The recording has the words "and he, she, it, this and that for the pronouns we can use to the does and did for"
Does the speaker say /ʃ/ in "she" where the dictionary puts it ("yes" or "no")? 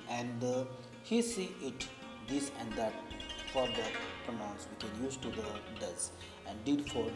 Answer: no